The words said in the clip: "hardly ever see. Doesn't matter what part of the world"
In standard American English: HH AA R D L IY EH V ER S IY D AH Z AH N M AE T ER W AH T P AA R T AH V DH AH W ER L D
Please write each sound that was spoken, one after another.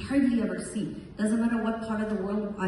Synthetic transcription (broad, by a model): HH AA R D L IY EH V ER S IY D AH Z AH N M AE T ER W AH T P AA R T AH V DH AH W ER L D